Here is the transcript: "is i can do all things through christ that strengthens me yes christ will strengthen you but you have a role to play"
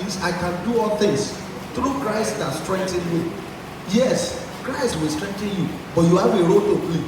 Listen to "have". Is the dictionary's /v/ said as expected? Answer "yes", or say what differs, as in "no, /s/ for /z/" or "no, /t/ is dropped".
no, /w/ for /v/